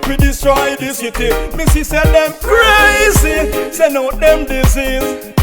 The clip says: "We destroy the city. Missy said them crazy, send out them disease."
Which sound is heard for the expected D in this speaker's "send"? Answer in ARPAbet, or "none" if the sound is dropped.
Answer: none